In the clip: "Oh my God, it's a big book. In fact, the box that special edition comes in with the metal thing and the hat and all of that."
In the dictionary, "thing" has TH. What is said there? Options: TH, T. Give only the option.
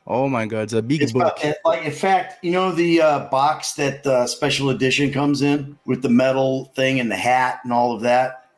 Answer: TH